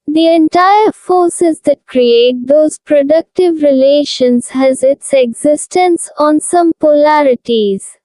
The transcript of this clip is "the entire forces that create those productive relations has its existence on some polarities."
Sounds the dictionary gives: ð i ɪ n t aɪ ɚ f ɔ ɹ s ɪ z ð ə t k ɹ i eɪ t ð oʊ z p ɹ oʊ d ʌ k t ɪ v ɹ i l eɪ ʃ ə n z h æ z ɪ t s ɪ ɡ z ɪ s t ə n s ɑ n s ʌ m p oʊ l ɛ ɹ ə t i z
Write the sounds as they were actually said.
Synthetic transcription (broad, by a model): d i ɪ n t aɪ ɚ f ɔ ɹ s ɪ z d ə t k ɹ i eɪ t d oʊ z p ɹ oʊ d ʌ k t ɪ v ɹ i l eɪ ʃ ə n z h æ z ɪ t s ɪ ɡ z ɪ s t ə n s ɑ n s ʌ m p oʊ l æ ɹ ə t i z